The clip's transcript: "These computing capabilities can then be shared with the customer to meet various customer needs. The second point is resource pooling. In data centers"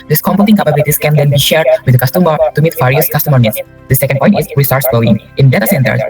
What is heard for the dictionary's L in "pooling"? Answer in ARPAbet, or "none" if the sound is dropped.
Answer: none